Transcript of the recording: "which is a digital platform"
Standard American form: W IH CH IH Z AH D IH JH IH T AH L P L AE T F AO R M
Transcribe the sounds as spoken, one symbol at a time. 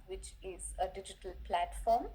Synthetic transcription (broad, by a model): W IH CH IH Z AH D IH JH IH T AH L P L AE T F AO R M